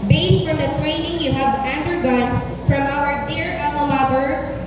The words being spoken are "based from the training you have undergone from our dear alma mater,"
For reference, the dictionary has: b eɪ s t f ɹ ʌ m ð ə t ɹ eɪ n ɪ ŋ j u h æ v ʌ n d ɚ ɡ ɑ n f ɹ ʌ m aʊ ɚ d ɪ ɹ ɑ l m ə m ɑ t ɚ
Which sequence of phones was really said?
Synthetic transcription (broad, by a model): b eɪ s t f ɹ ʌ m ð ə t ɹ eɪ n ɪ ŋ j u h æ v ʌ n d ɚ ɡ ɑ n f ɹ ʌ m aʊ ɚ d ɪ ɹ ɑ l ə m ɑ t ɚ